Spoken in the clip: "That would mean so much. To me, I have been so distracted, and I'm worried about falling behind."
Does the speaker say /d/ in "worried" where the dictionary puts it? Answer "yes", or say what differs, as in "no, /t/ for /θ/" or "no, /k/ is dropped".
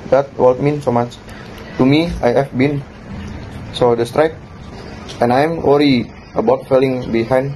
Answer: no, /d/ is dropped